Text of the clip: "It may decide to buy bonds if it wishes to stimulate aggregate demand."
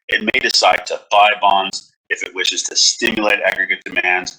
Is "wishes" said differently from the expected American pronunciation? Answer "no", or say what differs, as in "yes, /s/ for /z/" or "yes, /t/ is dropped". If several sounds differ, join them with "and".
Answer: no